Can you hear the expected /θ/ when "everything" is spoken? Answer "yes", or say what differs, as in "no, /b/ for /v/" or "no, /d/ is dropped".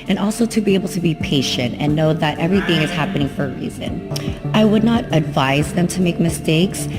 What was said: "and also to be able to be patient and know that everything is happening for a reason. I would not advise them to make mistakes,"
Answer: yes